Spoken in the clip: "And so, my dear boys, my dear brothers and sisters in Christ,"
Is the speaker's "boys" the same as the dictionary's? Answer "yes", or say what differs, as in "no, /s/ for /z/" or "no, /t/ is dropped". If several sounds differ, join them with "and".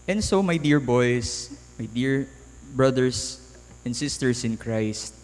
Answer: no, /s/ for /z/